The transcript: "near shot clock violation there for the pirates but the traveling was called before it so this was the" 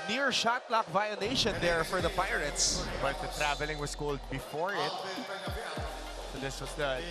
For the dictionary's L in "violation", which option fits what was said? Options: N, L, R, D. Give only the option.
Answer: N